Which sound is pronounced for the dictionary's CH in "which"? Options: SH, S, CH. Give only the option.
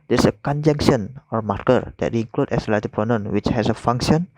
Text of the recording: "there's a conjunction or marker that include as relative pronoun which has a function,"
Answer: CH